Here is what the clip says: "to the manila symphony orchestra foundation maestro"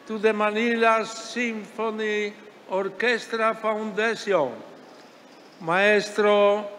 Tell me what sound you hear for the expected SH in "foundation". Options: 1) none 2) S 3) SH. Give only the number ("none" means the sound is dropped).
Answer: 2